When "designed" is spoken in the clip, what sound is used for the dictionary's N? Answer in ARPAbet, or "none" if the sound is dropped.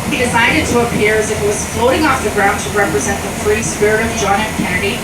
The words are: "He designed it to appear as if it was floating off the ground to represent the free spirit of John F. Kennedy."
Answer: none